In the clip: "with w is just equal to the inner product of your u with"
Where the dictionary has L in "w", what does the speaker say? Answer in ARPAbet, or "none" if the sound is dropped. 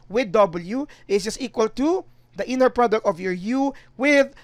L